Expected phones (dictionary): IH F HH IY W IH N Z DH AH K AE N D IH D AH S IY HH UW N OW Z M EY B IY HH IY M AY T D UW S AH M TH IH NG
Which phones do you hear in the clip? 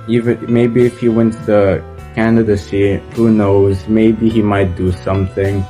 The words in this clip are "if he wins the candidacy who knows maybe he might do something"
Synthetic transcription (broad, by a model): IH F HH IY W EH N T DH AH K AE N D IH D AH S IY HH UW N OW Z M EY B IY HH IY M AY T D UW S AH M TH IH NG